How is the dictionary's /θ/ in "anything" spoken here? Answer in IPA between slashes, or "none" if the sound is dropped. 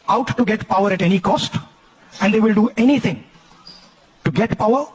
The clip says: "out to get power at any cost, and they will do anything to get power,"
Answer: /t/